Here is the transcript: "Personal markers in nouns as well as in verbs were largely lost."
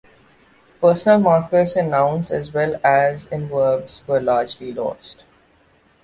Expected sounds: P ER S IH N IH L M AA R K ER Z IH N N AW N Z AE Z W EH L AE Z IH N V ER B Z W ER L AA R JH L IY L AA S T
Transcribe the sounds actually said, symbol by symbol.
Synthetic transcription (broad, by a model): P ER S IH N IH L M AA R K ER S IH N N AW N S AE Z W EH L AE Z IH N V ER B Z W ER L AA R JH L IY L AA S T